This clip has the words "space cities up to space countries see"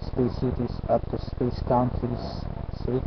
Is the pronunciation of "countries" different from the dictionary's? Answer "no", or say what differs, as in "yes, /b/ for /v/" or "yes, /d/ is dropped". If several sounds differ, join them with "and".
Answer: yes, /ɹ/ is dropped